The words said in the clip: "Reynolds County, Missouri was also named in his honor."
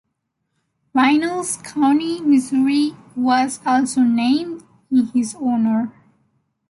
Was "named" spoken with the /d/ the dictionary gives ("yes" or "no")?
yes